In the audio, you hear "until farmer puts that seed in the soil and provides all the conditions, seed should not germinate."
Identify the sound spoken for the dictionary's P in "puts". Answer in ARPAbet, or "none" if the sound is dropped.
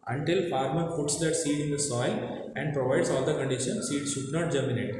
F